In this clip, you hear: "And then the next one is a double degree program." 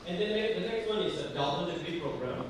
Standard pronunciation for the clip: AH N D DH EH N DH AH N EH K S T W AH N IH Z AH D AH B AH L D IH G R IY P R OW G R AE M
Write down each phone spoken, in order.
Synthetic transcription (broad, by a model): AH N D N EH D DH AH N EH K S T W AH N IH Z AH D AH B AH N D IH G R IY P R OW G R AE M